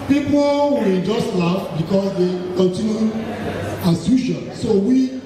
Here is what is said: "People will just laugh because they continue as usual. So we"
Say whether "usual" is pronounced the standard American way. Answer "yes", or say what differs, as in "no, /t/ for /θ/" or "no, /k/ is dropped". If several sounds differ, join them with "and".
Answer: no, /ʃ/ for /ʒ/